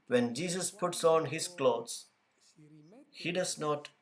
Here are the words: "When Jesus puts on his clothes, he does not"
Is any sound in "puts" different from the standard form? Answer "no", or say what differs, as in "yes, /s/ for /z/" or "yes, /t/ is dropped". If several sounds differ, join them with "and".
no